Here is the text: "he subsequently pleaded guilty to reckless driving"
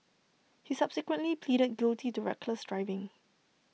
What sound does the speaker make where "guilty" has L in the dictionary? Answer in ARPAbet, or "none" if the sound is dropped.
L